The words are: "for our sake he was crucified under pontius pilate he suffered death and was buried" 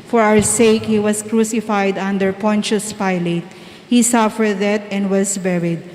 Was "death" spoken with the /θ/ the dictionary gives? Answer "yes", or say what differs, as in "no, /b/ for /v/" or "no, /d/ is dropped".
no, /t/ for /θ/